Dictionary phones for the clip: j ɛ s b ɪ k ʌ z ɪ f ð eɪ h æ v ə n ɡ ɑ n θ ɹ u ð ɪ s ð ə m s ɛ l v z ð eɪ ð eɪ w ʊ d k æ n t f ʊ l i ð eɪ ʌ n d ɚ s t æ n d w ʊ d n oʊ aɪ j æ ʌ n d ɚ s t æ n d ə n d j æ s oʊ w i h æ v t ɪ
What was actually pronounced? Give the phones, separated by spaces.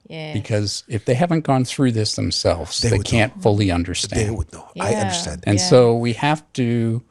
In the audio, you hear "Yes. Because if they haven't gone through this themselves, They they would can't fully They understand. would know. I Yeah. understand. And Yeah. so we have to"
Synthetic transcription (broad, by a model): b ɪ k ʌ z ɪ f ð eɪ h æ v ə n ɡ ɑ n θ ɹ u ð ɪ s ð ə m s ɛ l v z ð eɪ ð eɪ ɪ k æ n t f ʊ l i ʌ n d ɚ s t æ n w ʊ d n oʊ aɪ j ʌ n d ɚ s t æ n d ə n s oʊ w i h æ f t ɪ